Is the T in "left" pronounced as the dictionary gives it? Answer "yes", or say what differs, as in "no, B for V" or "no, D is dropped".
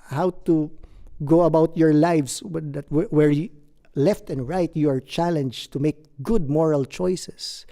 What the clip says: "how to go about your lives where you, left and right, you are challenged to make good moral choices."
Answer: yes